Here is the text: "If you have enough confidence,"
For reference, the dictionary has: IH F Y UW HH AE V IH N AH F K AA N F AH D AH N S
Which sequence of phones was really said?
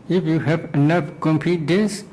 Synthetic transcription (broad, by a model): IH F Y UW HH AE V IH N AH F K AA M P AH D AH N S